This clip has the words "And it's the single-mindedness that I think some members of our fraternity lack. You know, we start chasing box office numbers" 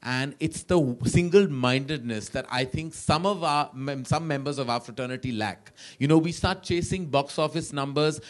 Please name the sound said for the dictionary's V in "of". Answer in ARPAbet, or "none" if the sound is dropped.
V